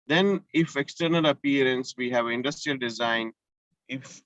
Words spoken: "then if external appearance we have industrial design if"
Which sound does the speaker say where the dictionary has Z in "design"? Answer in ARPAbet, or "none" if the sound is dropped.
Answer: Z